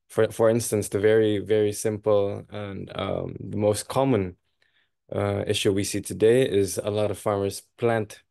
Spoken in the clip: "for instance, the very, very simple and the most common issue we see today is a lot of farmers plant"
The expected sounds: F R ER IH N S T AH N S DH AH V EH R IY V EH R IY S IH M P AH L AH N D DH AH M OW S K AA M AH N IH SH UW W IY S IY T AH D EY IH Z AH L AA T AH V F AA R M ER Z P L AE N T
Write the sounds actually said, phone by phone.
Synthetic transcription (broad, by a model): F R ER IH N S T AH N S DH AH V EH R IY V EH R IY S IH M P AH L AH N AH DH AH M OW S K AA M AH N IH SH UW W IY S IY T AH D EY IH Z AH L AA T AH V F AA R M ER Z P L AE N T